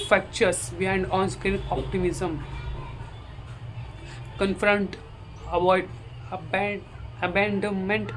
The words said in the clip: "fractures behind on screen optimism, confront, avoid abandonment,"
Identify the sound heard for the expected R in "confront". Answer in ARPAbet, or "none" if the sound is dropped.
R